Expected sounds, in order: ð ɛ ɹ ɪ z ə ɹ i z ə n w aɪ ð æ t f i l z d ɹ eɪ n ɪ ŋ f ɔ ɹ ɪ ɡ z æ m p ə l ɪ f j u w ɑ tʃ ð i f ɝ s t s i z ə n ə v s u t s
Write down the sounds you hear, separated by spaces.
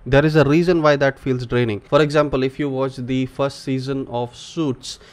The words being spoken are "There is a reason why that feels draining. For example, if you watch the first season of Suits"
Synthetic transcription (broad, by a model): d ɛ ɹ ɪ z ə ɹ i z ə n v aɪ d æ t f i l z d ɹ eɪ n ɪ ŋ f ɔ ɹ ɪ ɡ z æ m p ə l ɪ f j u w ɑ tʃ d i f ɝ s t s i z ə n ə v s u t s